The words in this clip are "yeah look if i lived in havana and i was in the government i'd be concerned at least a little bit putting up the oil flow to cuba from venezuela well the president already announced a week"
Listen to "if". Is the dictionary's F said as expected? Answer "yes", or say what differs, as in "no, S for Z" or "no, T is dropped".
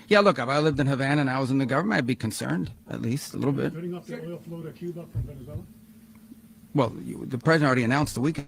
no, P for F